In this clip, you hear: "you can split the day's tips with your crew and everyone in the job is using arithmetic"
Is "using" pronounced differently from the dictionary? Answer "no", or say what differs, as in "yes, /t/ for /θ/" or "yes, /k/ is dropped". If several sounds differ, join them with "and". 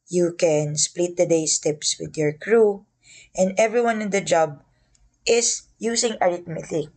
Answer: yes, /s/ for /z/